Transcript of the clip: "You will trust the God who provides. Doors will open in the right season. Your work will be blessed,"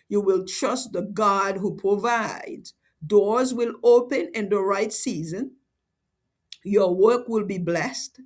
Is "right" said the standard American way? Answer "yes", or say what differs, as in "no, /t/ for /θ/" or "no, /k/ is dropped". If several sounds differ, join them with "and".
yes